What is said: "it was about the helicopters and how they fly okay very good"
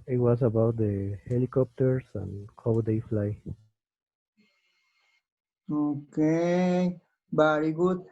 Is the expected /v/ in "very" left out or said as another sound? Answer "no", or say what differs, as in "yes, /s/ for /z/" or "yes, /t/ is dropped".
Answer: yes, /b/ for /v/